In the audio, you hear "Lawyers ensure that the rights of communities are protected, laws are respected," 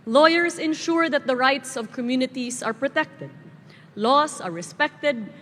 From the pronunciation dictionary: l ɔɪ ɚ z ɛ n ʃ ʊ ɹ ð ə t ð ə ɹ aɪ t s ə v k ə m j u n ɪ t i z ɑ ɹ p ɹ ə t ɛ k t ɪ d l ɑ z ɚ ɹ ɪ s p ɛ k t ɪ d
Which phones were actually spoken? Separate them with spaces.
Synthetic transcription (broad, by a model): l ɔɪ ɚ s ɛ n ʃ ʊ ɹ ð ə t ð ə ɹ aɪ t s ə v k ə m j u n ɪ t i s ɑ ɹ p ɹ ə t ɛ k t ɪ d l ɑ s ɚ ɹ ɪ s p ɛ k t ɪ d